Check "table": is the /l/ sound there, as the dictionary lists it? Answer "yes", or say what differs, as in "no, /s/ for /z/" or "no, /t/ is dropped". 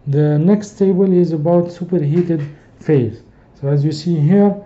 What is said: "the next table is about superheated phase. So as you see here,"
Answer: yes